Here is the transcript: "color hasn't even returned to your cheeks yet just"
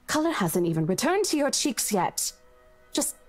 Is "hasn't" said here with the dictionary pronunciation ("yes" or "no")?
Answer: yes